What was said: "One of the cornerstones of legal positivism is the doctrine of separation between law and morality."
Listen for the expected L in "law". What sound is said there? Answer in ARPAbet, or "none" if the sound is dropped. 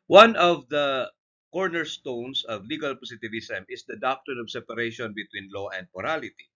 L